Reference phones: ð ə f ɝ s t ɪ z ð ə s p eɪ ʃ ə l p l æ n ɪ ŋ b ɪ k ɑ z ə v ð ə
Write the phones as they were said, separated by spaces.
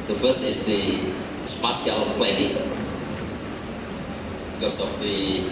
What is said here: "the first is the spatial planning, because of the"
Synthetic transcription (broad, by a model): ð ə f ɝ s ɪ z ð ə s p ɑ s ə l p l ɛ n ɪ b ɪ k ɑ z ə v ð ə